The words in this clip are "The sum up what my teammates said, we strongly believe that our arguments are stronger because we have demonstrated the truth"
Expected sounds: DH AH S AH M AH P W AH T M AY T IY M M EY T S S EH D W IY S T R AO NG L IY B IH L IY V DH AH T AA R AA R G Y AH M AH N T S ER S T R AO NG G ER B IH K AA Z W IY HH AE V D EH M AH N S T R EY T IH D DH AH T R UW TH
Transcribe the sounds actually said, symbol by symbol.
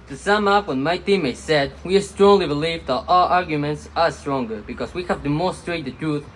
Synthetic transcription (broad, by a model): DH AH S AH M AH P W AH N M AY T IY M M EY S S EH D W IY S T R AO NG L IY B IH L IY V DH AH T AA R AA R G Y AH M AH N T S ER S T R AO NG G ER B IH K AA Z W IY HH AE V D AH M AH S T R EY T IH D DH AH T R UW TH